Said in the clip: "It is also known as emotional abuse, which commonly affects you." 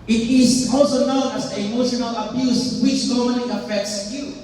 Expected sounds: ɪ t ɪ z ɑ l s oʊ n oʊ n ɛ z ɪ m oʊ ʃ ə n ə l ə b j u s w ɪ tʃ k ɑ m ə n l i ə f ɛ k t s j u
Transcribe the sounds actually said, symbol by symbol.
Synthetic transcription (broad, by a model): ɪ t ɪ z ɑ l s oʊ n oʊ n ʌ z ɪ m oʊ ʃ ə n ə l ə b j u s w ɪ tʃ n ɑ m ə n i ə f ɛ k t s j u